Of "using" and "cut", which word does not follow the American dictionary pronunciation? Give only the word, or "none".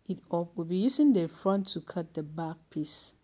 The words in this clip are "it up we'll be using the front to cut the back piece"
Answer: using